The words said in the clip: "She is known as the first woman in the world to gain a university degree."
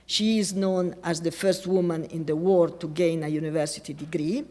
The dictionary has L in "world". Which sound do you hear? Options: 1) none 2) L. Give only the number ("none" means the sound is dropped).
1